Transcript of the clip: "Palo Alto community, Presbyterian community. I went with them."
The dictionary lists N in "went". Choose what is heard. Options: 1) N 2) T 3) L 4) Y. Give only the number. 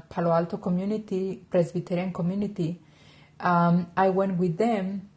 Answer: 1